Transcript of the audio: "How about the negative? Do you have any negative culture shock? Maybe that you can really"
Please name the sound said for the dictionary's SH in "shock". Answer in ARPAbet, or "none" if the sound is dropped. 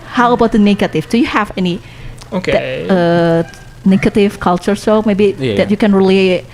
S